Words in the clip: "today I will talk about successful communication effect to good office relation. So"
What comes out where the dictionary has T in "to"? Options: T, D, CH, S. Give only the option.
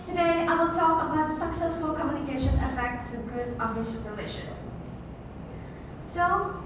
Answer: S